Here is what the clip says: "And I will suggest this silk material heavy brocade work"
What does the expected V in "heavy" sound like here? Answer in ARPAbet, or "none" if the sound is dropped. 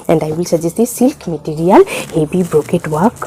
B